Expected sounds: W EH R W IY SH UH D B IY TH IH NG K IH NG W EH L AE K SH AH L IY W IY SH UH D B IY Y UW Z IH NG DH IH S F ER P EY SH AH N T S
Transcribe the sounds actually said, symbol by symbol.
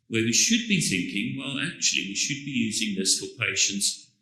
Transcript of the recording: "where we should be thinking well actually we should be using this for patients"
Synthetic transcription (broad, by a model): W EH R W IY SH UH D B IY TH IH NG K IH NG W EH L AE K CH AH L IY W IY SH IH D B IY Y UW Z IH NG DH IH S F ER P EY SH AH N T S